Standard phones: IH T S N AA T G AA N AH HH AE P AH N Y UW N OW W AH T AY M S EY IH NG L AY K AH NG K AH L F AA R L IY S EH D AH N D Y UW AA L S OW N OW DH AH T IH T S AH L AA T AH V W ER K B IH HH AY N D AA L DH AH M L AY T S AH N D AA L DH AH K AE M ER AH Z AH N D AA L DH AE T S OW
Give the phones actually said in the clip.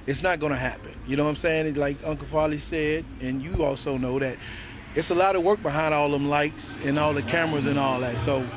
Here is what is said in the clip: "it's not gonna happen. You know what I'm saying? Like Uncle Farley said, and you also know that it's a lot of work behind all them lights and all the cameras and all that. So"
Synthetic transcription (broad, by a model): IH T S N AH T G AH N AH HH AE P AH N Y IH N OW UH AY M S EY IH NG L AY K AH NG K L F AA L IY S EH D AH N Y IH AA L S OW N OW DH AH T IH T S AH L AA T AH W ER K B IH HH AY N D AA L DH AH M L AY T S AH N AA L DH AH K AE M ER AH Z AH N AA L DH AE T S OW